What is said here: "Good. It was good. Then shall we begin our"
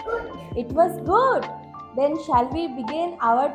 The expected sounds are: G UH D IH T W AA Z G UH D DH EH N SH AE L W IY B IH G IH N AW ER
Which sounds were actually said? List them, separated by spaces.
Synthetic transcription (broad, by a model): IH T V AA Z G UH D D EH N SH AE L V IY B IH G IH N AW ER